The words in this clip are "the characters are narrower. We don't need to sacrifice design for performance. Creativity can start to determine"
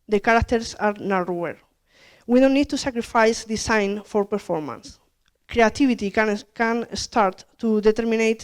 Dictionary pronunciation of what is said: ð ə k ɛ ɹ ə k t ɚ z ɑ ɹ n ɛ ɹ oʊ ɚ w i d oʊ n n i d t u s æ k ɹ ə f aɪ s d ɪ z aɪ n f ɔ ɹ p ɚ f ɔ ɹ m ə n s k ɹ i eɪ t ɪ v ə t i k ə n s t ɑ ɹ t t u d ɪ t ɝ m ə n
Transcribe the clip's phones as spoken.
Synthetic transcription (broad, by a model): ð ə k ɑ ɹ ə k t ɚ s ɑ ɹ n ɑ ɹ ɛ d w i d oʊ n n i d t u s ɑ k ɹ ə f aɪ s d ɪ s aɪ n f ɔ ɹ p ɚ f ɔ ɹ m ə n s k ɹ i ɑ t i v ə t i k ə n s t ɑ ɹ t t u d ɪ t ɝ m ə n